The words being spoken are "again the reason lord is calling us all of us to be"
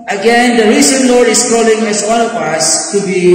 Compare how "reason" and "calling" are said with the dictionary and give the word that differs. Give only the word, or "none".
reason